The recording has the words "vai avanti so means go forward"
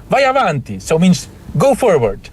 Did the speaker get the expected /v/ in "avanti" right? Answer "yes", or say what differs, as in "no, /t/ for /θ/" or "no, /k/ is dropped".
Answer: yes